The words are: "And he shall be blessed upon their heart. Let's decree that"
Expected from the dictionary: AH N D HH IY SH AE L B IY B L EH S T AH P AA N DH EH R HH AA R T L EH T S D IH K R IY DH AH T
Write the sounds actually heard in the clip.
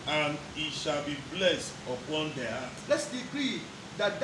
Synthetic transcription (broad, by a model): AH N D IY SH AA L B IY B L EH S T AH P AA N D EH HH AA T L EH T S D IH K R IY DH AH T